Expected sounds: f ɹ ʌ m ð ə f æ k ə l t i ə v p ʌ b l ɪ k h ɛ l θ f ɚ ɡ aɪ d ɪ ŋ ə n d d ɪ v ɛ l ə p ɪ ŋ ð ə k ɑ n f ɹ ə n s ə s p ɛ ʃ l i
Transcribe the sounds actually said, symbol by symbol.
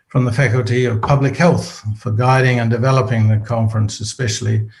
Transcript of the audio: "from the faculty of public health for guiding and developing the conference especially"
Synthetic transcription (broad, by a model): f ɹ ʌ m ð ə f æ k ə l t i ə v p ʌ b l ɪ k h ɛ l θ f ɚ ɡ aɪ d ɪ ŋ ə n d d ɪ v ɛ l ə p ɪ ŋ ð ə k ɑ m f ɹ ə n s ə s p ɛ ʃ l i